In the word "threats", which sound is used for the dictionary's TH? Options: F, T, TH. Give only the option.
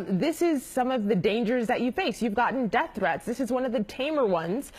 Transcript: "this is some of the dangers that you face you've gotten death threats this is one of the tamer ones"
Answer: TH